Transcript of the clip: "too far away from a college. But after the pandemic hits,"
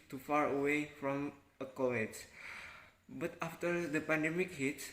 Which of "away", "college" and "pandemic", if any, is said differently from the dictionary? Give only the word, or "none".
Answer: college